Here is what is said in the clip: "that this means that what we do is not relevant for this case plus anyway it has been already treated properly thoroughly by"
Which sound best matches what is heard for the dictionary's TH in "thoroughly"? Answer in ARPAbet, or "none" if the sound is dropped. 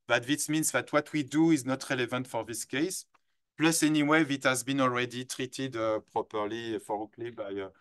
F